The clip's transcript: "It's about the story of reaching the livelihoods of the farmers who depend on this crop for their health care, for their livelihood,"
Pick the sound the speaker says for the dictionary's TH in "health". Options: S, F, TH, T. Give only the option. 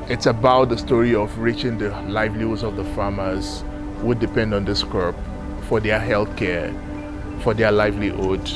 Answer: TH